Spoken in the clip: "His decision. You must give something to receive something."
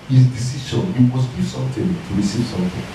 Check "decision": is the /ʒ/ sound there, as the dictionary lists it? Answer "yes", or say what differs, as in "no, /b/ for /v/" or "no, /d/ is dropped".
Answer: no, /ʃ/ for /ʒ/